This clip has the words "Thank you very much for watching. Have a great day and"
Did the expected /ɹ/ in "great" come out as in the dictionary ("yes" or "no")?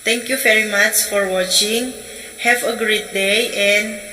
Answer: yes